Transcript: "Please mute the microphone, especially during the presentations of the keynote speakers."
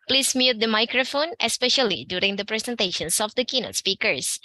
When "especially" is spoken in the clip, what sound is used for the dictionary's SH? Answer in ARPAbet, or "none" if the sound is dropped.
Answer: SH